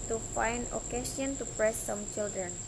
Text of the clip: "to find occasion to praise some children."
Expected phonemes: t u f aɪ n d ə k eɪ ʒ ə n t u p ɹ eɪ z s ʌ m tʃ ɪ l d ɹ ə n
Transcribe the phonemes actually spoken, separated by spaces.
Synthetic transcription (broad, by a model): t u f aɪ n d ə k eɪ s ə n t u p ɹ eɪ s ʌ m tʃ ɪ l d ɹ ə n